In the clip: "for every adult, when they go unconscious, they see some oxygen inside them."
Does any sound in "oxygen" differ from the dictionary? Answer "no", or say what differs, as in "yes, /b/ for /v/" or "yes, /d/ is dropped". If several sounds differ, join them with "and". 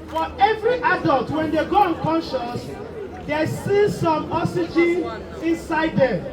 yes, /k/ is dropped